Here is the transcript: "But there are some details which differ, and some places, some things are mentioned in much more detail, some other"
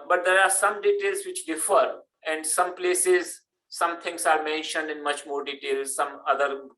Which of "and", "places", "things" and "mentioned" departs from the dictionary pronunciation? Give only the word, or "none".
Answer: things